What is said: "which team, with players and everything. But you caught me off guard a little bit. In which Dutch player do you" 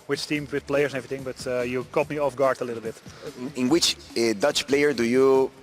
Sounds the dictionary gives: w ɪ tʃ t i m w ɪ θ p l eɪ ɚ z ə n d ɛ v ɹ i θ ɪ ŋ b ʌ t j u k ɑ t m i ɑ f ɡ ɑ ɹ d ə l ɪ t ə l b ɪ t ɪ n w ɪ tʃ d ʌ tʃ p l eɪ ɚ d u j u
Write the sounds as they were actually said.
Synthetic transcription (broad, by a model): w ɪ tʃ t i m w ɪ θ p l eɪ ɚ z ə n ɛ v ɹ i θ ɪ ŋ b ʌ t j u k ɑ t m i ɑ f ɡ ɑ ɹ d ə l ɪ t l b ɪ t ɪ n w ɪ tʃ d ʌ tʃ p l eɪ ɚ d u j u